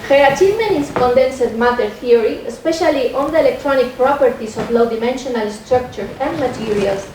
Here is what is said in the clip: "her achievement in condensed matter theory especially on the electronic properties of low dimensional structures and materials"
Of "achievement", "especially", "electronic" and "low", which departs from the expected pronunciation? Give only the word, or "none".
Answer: achievement